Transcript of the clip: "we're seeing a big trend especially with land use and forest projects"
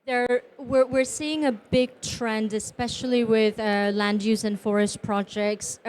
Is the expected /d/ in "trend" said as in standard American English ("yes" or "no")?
yes